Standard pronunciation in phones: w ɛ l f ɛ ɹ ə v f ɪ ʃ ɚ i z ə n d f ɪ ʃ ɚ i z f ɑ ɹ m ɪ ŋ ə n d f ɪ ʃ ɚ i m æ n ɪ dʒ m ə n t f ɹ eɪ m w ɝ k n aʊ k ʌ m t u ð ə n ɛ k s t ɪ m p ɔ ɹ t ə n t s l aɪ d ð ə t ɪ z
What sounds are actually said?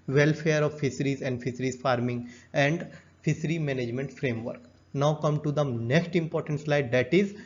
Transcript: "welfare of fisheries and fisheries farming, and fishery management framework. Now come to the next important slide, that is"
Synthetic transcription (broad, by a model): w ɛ l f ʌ ɹ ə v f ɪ s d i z ə n d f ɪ s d i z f ɑ ɹ m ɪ ŋ ə n d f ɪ s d i m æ n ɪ dʒ m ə n t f ɹ eɪ m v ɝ k n aʊ k ʌ m t u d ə n ɛ k s t ɪ m p ɔ ɹ t ə n t s l aɪ d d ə t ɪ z